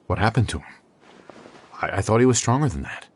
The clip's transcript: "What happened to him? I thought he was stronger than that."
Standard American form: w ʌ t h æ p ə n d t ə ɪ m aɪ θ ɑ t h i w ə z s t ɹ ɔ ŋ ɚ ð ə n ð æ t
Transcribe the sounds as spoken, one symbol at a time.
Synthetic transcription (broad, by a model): w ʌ t h æ p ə n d t ə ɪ m aɪ θ ɑ t h i w ə z s t ɹ ɔ ŋ ɚ ð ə n ð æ t